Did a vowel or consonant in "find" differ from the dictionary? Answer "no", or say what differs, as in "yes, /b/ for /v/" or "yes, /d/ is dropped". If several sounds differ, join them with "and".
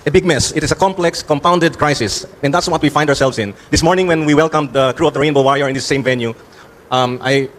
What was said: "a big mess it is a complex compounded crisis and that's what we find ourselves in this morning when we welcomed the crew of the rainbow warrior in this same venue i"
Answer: yes, /n/ is dropped